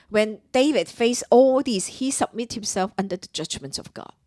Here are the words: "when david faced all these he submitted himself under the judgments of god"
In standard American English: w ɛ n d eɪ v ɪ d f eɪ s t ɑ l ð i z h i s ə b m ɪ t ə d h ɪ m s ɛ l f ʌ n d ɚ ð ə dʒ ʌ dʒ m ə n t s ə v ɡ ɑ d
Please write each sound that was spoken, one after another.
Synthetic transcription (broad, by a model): w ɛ n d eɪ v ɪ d f eɪ s ɑ l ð i s h i s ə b m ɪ t h ɪ m s ɛ l f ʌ n d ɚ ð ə dʒ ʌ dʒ m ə n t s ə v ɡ ɑ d